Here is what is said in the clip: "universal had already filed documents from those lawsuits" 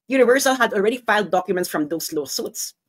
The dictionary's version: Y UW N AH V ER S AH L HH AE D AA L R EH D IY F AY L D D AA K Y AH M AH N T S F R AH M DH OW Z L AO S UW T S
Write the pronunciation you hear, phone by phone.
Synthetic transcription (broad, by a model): Y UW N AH V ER S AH L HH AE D AA L R EH D IY F AY L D D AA K Y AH M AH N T S F R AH M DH OW S L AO S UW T S